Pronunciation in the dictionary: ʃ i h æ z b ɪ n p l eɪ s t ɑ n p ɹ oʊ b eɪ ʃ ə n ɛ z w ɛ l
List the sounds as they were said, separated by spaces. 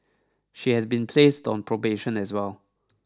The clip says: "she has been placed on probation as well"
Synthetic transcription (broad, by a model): ʃ i h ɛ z b ɪ n p l eɪ s t ɑ n p ɹ oʊ b eɪ ʃ ə n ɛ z w ɛ l